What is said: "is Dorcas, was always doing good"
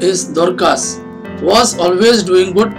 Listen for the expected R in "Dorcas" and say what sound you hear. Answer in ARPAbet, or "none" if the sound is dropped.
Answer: R